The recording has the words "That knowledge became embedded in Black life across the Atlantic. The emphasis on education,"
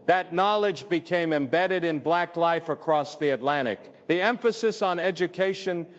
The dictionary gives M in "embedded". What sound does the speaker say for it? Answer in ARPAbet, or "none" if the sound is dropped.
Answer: M